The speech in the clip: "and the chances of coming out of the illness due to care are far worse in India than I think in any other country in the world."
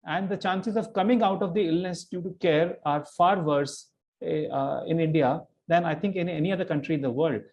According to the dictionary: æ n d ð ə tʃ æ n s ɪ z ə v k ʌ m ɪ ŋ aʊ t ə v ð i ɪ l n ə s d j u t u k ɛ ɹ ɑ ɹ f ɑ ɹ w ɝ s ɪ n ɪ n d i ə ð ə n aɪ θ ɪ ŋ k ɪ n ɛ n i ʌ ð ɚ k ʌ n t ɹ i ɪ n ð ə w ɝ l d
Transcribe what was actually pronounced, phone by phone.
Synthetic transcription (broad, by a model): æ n d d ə tʃ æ n s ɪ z ə v k ʌ m ɪ ŋ aʊ t ə v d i ɪ l n ə s d j u t u k ɛ ɹ ɑ ɹ f ɑ ɹ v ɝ s ɪ n ɪ n d i ə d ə n aɪ t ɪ ŋ k ɪ n ɛ n i ʌ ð ɚ k ʌ n t ɹ i ɪ n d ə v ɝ l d